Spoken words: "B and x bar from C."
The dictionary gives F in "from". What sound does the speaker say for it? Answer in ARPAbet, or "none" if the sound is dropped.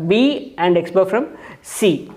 F